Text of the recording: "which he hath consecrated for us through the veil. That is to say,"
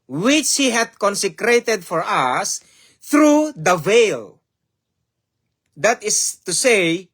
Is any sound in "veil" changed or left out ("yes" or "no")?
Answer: no